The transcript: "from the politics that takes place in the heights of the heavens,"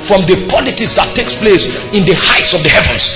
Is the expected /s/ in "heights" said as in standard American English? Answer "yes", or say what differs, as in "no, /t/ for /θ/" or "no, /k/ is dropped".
yes